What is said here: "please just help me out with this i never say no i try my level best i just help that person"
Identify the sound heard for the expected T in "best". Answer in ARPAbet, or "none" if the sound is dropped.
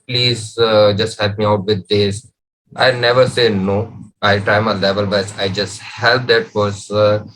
none